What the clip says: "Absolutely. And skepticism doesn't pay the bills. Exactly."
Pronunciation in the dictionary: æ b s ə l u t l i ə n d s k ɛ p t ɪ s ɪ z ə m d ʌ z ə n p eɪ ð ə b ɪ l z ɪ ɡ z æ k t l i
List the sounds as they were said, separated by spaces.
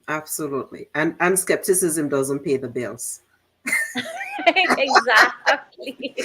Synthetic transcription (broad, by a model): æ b s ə l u t l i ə n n s k ɛ p t ɪ s ɪ z ə m d ʌ z ə n p eɪ ð ə b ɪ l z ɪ ɡ z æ k t l i